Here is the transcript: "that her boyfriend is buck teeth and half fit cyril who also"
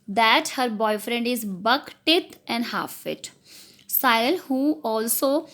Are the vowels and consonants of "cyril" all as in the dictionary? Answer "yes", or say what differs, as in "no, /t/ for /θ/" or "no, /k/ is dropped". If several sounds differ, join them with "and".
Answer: no, /ɹ/ is dropped